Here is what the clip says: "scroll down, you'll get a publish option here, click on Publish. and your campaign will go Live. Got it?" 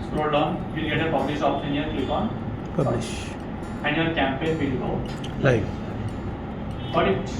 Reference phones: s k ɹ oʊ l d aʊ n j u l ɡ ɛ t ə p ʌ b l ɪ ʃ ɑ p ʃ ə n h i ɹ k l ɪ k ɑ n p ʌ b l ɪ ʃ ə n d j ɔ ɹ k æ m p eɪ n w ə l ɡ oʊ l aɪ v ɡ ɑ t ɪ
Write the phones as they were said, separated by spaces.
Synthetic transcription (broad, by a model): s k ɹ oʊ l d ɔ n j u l ɡ ɛ t ə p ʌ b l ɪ s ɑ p s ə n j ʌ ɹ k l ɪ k ɑ n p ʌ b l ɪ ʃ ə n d j ɔ ɹ k æ m p eɪ n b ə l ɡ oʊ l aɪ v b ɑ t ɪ